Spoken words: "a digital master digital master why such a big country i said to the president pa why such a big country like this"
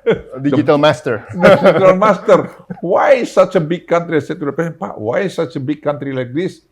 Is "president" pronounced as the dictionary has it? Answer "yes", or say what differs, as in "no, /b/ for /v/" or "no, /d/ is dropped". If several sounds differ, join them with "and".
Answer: no, /ɹ/ is dropped and /n/ is dropped